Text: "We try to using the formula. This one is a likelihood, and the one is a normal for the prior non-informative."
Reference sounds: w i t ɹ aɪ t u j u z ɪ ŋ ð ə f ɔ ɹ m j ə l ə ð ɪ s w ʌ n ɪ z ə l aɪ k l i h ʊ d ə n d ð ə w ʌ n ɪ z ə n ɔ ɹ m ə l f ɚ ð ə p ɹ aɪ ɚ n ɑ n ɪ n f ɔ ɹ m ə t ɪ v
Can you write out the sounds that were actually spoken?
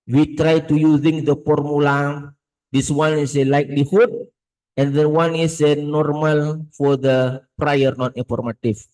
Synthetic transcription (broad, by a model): w i t ɹ aɪ t u j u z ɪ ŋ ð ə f ɔ ɹ m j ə l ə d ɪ s w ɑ n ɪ s ə l aɪ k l i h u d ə n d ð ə w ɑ n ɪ s ə n ɔ ɹ m ə l f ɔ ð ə p ɹ aɪ ɚ n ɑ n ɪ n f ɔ ɹ m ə t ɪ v